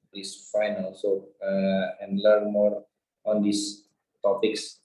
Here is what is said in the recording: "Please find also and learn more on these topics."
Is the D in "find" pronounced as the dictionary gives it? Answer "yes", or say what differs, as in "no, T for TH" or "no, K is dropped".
no, D is dropped